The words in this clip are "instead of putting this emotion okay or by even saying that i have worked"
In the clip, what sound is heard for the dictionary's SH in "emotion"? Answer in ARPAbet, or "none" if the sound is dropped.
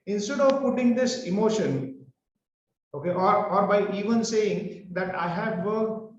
SH